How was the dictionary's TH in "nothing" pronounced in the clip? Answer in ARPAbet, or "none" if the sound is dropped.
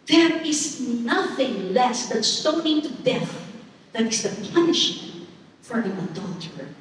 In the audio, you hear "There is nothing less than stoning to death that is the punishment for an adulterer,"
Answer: TH